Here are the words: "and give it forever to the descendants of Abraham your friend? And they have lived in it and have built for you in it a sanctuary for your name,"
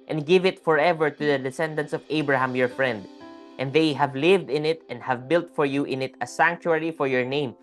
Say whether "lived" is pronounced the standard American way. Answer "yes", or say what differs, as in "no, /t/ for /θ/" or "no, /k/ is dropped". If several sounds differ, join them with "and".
yes